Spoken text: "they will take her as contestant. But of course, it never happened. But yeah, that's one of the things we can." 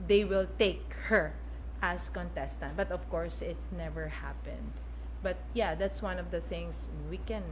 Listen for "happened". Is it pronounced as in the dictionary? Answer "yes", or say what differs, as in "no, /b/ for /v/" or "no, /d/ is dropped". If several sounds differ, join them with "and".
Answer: yes